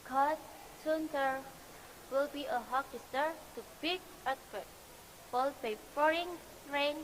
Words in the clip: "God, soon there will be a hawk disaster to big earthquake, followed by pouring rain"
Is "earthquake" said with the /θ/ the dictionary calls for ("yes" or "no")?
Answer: no